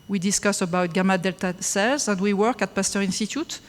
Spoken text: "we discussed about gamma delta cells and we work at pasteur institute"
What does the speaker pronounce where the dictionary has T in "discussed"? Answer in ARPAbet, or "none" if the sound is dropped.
none